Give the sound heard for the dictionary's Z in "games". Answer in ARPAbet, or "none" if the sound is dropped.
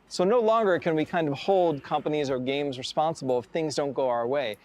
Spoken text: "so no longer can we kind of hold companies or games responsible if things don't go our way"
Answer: Z